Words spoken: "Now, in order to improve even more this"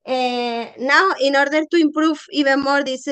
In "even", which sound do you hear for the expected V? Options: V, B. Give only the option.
B